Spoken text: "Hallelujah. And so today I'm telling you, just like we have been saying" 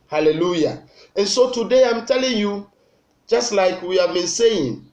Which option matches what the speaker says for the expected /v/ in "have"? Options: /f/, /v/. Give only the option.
/v/